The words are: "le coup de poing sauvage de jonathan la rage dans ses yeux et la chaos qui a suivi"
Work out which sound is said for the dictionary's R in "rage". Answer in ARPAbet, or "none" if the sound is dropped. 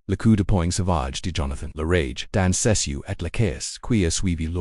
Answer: R